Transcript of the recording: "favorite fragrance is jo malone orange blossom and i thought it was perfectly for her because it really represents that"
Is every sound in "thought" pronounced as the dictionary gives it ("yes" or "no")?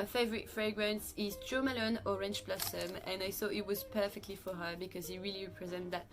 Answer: yes